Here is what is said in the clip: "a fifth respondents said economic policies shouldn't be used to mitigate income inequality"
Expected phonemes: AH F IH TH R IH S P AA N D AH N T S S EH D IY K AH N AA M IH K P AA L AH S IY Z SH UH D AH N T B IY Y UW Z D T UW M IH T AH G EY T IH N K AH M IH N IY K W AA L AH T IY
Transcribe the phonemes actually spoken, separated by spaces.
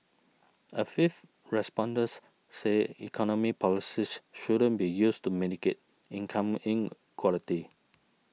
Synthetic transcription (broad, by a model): AH F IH F R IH S P AA N D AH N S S EH IY K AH N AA M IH P AA L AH S IY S SH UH D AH N B IY Y UW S T UW M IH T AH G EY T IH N K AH M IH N K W AA L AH T IY